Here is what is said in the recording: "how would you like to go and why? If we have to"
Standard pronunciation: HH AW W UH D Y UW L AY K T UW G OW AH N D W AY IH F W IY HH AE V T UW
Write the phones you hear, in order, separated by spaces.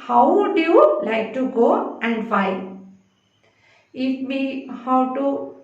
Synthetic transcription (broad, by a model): HH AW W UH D Y UW L AY K T UW G OW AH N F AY IH F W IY HH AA W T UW